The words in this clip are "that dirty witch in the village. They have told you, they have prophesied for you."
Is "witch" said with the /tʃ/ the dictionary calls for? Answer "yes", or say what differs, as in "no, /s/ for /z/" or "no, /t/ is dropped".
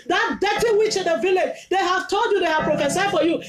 yes